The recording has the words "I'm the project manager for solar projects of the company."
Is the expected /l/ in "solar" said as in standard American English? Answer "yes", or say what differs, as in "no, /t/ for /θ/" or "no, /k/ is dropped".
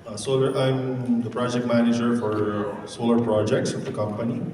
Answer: yes